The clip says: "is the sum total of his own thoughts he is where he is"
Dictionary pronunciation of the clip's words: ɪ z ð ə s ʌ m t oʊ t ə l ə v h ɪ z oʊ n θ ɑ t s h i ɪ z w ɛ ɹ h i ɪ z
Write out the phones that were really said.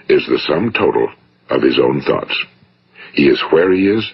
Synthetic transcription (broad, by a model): ɪ z ð ə s ʌ m t oʊ t l ə v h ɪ z oʊ n θ ɑ t s h i ɪ z w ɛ ɹ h i ɪ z